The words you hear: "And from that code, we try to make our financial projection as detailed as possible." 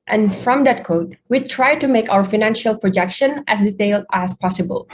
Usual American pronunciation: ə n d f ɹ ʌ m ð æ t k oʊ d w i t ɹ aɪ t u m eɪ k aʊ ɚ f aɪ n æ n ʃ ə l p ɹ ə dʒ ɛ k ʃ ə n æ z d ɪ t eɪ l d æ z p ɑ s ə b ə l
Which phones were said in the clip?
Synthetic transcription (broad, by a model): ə n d f ɹ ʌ m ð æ t k oʊ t w i t ɹ aɪ t u m eɪ k aʊ ɚ f aɪ n æ n ʃ ə l p ɹ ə dʒ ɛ k ʃ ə n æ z d ɪ t eɪ l d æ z p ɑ s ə b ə l